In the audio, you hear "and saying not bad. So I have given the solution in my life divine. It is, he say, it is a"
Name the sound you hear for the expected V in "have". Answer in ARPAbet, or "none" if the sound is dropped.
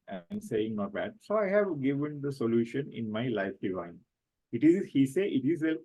V